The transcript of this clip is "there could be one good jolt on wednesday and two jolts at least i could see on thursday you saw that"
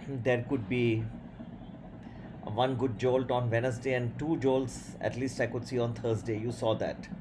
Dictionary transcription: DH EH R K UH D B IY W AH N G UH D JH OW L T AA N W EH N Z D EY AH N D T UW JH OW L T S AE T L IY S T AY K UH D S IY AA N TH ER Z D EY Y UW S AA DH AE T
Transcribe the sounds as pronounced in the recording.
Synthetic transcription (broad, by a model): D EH R K UH D B IY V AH N G UH D JH OW L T AA N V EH N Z D EY AH N D T UW JH OW L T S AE T L IY S T AY K UH D S IY AA N T ER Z D EY Y UW S AA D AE T